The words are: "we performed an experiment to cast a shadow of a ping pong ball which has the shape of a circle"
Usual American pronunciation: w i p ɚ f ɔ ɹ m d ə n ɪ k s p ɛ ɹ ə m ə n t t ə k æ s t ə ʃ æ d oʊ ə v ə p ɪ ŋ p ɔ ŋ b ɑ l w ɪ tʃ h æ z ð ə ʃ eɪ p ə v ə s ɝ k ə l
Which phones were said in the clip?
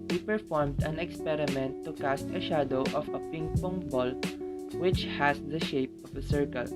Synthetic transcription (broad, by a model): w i p ɚ f ɔ ɹ m d ə n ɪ k s p ɛ ɹ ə m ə n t t ə k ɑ s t ə ʃ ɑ d oʊ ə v ə p ɪ ŋ p ɔ ŋ b ɑ l w ɪ tʃ h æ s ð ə ʃ eɪ p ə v ə s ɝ k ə l